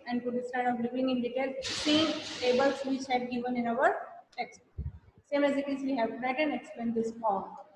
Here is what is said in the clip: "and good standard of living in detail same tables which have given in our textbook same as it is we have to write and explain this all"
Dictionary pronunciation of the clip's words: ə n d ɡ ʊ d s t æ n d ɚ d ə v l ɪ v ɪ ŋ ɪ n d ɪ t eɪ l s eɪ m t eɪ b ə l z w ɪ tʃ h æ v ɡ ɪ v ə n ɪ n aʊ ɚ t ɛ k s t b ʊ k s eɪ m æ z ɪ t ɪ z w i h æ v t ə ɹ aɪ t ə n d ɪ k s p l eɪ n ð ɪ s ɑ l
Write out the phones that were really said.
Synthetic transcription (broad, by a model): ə n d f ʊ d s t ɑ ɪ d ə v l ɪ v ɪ ŋ ɪ n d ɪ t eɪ l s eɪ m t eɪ b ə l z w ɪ tʃ h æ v ɡ ɪ v ə n ɪ n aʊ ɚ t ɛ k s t s eɪ m æ z ɪ t ɪ z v i h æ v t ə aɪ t ə n d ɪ k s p eɪ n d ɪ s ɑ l